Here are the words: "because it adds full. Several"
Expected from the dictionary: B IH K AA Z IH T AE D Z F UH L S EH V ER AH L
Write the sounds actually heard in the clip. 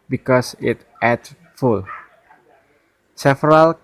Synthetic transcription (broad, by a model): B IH K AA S IH T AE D F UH L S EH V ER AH L